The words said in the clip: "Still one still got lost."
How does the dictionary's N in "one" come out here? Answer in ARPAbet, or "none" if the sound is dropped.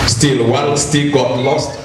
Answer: L